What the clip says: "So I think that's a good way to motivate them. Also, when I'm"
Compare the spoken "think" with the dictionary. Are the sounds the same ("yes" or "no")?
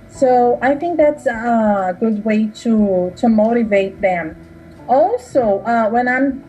yes